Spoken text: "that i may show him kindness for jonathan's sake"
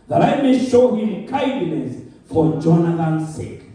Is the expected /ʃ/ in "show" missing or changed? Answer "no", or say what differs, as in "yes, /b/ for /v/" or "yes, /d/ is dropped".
no